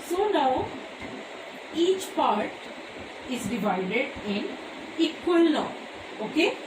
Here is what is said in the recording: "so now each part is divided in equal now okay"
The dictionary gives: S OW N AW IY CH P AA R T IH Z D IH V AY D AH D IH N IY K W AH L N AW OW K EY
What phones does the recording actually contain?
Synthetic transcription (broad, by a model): S OW N AW IY CH P AA R T IH Z D IH V AY D AH D IH N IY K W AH L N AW OW K EY